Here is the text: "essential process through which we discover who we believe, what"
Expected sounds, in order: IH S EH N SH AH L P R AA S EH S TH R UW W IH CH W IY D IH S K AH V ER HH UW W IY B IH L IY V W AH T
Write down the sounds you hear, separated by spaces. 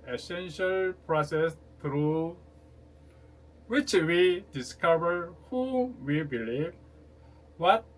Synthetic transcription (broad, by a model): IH S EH N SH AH L P R AA S EH S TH R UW W IH CH W IY D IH S K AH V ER HH UW W IY B IH L IY V W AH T